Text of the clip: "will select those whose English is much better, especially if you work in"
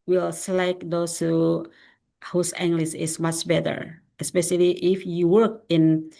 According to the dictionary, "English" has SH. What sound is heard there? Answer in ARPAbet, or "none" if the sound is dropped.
S